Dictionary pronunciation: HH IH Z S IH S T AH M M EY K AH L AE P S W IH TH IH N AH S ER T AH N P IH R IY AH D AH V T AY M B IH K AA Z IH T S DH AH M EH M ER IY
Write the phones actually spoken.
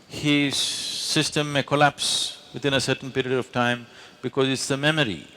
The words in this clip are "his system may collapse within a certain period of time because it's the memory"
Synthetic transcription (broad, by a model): HH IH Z S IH S T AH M M EY K AH L AE P S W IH T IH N AH S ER T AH N P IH R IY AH D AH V T AY M B IH K AA Z IH T S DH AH M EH M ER IY